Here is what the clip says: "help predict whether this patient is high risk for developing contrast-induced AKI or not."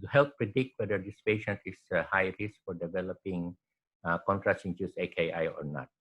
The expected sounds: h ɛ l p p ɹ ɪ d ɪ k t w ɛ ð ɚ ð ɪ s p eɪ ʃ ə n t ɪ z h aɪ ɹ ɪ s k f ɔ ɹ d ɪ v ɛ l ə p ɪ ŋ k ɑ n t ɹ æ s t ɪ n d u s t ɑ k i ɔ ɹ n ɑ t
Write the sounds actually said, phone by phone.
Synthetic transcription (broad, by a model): h ɛ l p p ɹ ɪ d ɪ k t w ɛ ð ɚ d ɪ s p eɪ ʃ ə n t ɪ s h aɪ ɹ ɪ s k f ɔ ɹ d ɪ v ɛ l ə p ɪ ŋ k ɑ n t ɹ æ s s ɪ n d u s ɑ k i ɔ ɹ n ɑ t